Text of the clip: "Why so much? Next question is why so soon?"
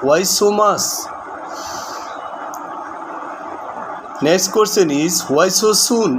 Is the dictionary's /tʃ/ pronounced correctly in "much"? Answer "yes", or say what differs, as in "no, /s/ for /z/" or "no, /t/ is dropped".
no, /s/ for /tʃ/